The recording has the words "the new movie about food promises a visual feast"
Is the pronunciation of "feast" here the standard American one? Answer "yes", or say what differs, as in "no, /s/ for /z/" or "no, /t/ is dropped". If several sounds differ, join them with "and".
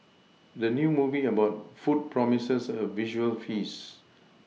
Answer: no, /t/ is dropped